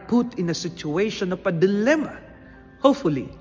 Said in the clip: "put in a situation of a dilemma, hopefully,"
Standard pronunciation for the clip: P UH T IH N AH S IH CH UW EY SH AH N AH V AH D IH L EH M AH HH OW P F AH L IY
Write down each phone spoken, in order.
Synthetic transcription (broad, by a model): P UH T IH N AH S IH CH UW EY SH AH N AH P AH D IH L EH M AH HH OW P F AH L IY